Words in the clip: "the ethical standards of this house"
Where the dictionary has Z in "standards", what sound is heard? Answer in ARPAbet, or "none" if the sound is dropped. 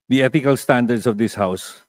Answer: S